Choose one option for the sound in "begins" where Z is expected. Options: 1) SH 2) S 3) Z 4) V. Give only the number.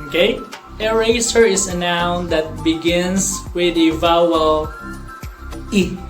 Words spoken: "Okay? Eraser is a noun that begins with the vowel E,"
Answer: 2